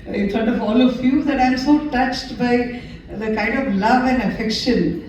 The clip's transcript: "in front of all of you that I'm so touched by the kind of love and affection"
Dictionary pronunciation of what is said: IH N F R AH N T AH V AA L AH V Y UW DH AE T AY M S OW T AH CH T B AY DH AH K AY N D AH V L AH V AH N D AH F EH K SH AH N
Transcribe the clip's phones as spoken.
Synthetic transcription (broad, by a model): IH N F R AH N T AH V AA L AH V Y UW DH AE T AY M S OW T AH CH T B AY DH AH K AY N D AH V L AH V AH N D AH F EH K SH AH N